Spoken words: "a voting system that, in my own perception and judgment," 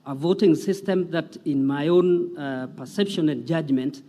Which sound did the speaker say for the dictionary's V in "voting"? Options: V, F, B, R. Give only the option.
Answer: V